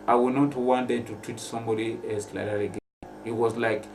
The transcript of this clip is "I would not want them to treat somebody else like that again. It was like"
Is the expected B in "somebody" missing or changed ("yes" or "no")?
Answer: no